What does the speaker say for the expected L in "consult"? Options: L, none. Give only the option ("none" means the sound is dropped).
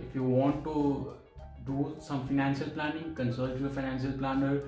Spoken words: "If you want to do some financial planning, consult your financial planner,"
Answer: none